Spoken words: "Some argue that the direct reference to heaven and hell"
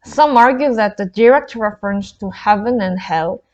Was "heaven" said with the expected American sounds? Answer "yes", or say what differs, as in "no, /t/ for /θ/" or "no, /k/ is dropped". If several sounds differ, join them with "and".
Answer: yes